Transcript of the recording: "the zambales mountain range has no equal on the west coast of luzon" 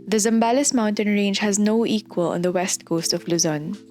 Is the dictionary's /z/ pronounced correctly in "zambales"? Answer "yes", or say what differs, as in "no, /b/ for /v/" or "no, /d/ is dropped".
yes